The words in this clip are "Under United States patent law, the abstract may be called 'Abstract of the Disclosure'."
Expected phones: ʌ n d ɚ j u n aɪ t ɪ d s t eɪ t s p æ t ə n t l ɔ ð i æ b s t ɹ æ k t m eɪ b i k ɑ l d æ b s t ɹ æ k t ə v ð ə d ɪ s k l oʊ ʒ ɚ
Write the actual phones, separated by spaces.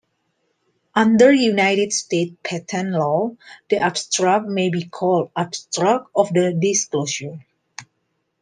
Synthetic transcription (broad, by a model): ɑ n d ɚ j u n aɪ t ɪ d s t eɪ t p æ t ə n l ɔ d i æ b s t ɹ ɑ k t m eɪ b i k ɑ l d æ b s t ɹ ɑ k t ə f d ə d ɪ s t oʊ ʃ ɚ